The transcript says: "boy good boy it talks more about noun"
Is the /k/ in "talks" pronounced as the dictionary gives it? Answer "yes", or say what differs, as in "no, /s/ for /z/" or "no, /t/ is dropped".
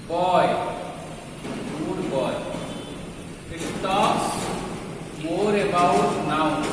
no, /k/ is dropped